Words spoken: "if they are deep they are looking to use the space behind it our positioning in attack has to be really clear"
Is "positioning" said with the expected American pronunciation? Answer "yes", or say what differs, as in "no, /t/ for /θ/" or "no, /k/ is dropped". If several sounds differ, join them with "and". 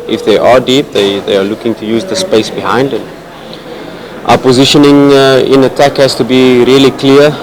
yes